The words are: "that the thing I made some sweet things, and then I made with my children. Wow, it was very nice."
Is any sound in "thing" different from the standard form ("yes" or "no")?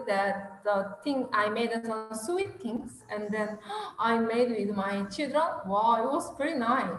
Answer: yes